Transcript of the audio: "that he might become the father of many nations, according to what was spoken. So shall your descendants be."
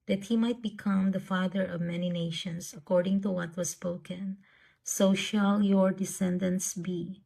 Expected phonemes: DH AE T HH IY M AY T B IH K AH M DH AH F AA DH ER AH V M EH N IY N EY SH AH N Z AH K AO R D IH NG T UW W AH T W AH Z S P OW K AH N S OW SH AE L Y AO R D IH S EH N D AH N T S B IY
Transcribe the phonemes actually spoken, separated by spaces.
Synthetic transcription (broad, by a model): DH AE T HH IY M AY T B IH K AH M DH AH F AA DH ER AH V M EH N IY N EY SH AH N S AH K AO R D IH NG T UW W AH T W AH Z S P OW K AH N S OW SH AE L Y AO R D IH S EH N D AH N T S B IY